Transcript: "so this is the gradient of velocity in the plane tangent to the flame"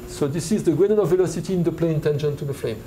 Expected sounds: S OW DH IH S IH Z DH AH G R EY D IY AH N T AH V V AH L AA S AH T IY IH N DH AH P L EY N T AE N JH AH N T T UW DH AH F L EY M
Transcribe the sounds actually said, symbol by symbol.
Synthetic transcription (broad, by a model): S OW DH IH S IH Z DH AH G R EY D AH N AH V V AH L AA S AH T IY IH N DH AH P L EY N T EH N SH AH N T T UW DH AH F L EY M